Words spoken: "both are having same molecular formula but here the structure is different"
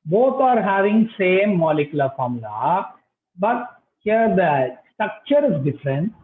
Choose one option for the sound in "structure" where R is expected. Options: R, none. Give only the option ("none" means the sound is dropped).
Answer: R